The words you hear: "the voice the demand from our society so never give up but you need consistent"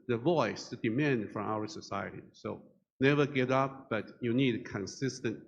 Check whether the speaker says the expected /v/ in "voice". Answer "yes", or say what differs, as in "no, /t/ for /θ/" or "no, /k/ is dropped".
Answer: yes